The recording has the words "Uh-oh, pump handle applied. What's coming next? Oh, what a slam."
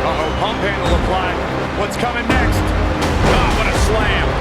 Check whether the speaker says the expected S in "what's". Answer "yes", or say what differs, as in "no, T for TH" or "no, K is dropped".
yes